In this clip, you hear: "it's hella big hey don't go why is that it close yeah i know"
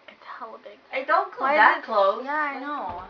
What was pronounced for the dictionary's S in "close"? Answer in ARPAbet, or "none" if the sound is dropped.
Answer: none